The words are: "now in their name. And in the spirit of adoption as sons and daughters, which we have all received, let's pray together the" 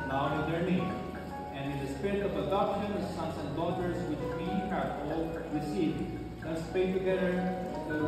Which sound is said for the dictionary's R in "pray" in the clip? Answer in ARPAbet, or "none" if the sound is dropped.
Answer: none